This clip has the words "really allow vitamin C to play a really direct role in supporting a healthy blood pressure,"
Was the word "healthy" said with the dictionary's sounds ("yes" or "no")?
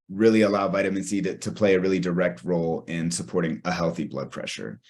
yes